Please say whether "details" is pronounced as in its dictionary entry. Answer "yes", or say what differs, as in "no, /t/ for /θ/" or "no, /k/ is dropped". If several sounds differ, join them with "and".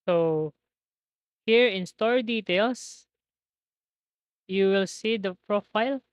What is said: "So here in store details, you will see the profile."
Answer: no, /s/ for /z/